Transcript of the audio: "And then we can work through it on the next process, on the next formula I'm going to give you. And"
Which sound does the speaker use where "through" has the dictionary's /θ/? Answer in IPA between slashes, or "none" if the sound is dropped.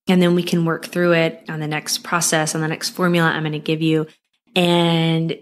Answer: /θ/